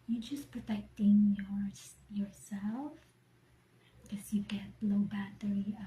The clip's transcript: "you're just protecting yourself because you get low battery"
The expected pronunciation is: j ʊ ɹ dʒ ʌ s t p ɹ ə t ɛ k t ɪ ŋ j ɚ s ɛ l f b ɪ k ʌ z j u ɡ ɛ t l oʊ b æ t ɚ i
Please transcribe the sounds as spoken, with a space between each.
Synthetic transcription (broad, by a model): j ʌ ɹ dʒ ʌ s p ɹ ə t ɛ k t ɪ ŋ j ɚ s ɛ l f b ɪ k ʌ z j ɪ ɡ ɛ t l oʊ b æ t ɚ i